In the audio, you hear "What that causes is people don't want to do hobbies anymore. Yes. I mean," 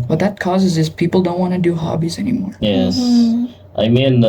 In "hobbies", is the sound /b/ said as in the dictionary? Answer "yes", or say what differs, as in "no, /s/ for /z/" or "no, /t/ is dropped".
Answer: yes